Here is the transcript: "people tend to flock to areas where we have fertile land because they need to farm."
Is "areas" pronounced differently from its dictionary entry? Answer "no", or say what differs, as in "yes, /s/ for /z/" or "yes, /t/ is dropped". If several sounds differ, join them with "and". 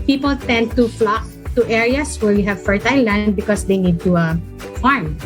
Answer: yes, /s/ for /z/